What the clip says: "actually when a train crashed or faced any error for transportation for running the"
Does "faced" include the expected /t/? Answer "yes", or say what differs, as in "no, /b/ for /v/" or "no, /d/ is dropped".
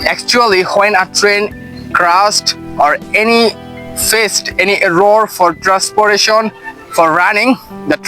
yes